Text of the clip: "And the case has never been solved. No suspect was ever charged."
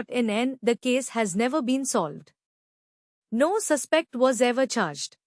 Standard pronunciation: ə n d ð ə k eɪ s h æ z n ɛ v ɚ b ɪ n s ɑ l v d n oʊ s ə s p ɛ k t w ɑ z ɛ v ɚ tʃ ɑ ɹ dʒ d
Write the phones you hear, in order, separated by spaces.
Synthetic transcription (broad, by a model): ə n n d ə k eɪ s h æ z n ɛ v ɚ b ɪ n s ɑ l v d n oʊ s ə s p ɛ k t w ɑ z ɛ v ɚ tʃ ɑ ɹ dʒ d